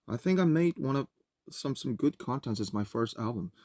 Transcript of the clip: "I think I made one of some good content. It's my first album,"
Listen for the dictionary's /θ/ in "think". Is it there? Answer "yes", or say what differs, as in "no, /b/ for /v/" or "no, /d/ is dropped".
yes